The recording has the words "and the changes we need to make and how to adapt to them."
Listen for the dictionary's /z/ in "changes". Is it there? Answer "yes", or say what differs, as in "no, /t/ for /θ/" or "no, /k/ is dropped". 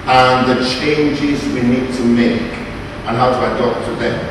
yes